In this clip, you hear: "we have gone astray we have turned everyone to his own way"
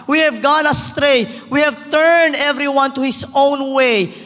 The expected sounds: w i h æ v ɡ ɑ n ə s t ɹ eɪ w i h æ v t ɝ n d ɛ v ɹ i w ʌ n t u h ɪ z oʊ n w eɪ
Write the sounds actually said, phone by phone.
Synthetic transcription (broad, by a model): w i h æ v ɡ ɑ n ə s t ɹ eɪ w i h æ v t ɝ n d ɛ v ɹ i w ʌ n t u h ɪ s oʊ n w eɪ